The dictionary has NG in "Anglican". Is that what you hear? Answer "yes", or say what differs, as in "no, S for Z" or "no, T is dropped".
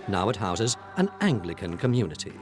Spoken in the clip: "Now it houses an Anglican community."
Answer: yes